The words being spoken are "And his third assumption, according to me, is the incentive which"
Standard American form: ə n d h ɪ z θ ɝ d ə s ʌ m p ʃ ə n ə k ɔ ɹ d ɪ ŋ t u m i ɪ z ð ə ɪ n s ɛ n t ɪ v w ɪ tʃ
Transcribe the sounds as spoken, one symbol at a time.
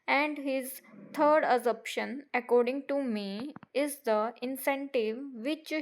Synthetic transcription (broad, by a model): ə n d h ɪ z t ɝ d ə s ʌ p ʃ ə n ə k ɔ ɹ d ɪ ŋ t u m i ɪ z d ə ɪ n s ɛ n t ɪ v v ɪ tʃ